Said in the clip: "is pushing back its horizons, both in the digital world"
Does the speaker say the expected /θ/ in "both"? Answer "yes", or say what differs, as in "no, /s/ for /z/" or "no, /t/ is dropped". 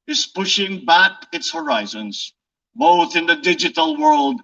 yes